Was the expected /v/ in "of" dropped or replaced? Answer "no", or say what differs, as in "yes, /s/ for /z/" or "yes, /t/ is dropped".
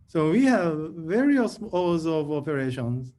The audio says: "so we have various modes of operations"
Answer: no